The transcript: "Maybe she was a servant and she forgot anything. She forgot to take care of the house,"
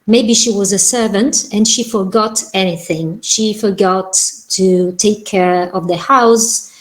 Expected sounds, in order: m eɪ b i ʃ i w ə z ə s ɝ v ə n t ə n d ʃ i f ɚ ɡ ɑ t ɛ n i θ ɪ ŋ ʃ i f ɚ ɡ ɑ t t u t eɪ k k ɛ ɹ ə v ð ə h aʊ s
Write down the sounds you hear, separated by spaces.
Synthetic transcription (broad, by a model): m eɪ b i ʃ i w ə z ə s ɝ v ə n t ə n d ʃ i f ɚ ɡ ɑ t ɛ n i θ ɪ ŋ ʃ i f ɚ ɡ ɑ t t u t eɪ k k ɛ ɹ ə v ð ə h aʊ s